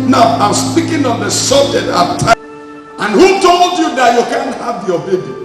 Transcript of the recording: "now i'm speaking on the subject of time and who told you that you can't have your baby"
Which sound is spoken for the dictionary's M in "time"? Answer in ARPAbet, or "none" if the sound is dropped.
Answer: none